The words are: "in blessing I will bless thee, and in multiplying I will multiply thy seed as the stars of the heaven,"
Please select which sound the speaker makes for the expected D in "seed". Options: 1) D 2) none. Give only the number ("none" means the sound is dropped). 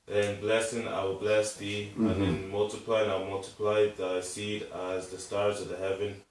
1